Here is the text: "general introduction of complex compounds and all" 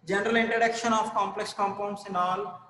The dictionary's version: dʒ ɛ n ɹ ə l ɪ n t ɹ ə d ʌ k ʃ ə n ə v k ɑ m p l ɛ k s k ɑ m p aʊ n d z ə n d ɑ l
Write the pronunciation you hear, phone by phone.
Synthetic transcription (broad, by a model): dʒ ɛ n ɹ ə l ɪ n t ɹ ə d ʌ k ʃ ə n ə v k ɑ m p l ɛ k s k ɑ m p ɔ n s ə n d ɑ l